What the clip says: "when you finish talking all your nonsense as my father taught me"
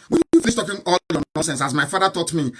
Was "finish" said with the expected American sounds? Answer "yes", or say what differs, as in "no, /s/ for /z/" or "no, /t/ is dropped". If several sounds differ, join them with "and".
no, /s/ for /ʃ/